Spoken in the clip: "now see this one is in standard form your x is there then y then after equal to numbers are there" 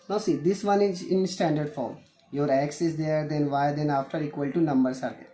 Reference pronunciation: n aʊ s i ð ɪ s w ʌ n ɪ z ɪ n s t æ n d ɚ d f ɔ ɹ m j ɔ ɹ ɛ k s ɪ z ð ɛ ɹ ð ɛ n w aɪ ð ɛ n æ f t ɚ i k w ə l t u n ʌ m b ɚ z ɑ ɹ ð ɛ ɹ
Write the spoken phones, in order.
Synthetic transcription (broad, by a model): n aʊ s i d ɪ s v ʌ n ɪ z ɪ n s t æ n d ɚ d f ɔ ɹ m j ɔ ɹ ɛ k s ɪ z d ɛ ɹ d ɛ n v aɪ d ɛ n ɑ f t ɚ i k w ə l t u n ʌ m b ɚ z ɑ ɹ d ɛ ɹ